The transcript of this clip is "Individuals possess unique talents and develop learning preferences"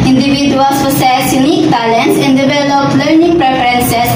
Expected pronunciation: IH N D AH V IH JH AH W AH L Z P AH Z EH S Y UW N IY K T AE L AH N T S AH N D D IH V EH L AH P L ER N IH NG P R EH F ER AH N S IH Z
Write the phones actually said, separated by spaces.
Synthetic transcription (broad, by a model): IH N D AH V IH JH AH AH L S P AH S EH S Y UW N IY K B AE L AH N S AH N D D IH V EH L AH P L ER N IH NG P R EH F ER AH N S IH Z